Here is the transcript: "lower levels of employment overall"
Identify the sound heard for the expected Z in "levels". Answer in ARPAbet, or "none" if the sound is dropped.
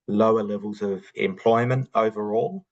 Z